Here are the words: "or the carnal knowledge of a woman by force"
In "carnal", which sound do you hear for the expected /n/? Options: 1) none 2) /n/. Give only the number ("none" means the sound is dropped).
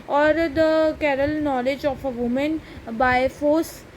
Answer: 1